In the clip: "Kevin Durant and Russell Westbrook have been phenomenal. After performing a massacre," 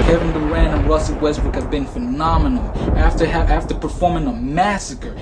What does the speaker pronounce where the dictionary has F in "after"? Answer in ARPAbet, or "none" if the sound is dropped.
F